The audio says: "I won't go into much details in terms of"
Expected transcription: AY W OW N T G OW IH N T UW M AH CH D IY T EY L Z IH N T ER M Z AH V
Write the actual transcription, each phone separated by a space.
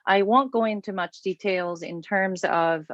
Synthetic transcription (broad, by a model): AY W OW N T G OW IH N T UW M AH CH D IY T EY L Z IH N T ER M Z AH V